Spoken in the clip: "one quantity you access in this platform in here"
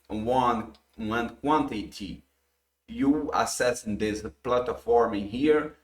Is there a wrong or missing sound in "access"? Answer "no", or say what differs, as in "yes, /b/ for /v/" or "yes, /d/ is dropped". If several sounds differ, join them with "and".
yes, /k/ is dropped